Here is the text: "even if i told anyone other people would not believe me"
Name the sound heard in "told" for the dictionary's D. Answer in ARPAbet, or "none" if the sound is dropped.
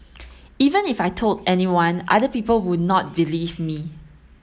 D